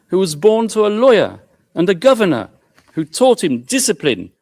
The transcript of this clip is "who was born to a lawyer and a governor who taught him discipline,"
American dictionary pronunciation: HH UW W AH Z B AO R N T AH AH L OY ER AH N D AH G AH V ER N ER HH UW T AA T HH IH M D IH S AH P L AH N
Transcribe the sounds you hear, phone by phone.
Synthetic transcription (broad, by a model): HH UW W AH Z B AO R N T AH AH L OY ER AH N AH G AH V ER N ER HH UW T AA T HH IH M D IH S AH P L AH N